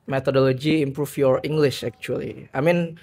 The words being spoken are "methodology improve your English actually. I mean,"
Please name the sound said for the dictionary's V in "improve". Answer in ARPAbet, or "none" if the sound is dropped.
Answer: F